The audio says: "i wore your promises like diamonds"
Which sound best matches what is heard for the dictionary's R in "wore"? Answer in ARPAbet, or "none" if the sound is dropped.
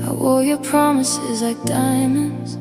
L